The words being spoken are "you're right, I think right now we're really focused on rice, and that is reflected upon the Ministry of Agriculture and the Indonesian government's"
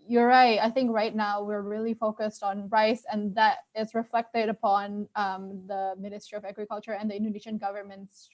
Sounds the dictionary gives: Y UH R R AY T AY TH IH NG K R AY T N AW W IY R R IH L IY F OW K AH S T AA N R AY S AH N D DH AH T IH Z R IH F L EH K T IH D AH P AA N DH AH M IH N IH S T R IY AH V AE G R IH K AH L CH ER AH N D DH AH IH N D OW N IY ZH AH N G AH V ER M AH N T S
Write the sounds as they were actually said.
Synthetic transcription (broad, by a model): Y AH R R AY T AY TH IH NG K R AY T N AW W IY R R IH L IY F OW K AH S T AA N R AY S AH N DH AH T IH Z R IH F L EH K T IH D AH P AA N DH AH M IH N IH S T R IY AH V AE G R IH K AH L CH ER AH N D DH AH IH N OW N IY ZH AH N G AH V ER M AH N T S